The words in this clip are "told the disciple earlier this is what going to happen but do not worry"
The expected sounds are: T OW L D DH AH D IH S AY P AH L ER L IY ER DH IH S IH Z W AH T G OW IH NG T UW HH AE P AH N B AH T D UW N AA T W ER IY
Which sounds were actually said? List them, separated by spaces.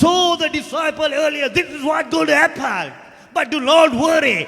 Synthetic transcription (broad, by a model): OW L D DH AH D IH S AY P AH L ER L IY ER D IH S IH Z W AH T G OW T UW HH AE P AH L B AH T D UW L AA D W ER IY